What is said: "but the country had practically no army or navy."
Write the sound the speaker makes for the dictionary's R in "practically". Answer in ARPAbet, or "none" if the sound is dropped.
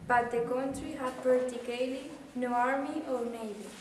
none